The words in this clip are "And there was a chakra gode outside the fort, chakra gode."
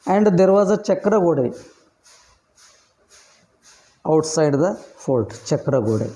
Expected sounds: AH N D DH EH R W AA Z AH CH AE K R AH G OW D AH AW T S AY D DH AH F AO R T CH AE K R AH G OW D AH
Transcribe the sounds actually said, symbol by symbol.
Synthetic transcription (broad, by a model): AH N D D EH R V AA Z AH CH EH K R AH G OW D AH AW T S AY D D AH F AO L T CH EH K R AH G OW D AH